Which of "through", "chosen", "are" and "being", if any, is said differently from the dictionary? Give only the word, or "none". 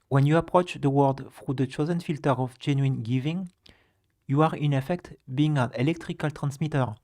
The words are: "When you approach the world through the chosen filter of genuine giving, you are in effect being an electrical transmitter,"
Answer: through